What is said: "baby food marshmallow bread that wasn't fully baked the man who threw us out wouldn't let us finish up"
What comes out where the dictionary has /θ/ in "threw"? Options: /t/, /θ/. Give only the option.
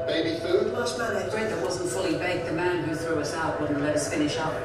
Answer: /θ/